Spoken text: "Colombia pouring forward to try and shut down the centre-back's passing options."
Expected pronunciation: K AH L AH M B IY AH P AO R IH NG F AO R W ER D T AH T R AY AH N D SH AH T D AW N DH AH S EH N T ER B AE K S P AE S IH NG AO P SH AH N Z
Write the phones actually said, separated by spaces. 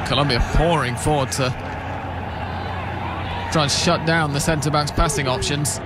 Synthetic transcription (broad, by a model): K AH L AH M B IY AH P AO R IH NG F AO R W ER D T AH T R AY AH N SH AH T D AW N DH AH S EH N T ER B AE K S P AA S IH NG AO P SH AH N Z